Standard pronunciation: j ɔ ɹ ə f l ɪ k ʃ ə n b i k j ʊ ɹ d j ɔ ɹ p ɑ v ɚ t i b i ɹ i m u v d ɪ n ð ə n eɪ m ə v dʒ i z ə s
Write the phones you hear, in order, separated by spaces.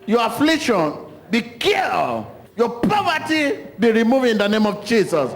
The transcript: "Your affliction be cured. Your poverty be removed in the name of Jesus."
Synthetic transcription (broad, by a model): j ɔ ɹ ə f l ɪ k ʃ ə n b i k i j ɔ p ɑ v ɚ t i b i ɹ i m u v ɪ n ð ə n eɪ m ə v dʒ i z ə s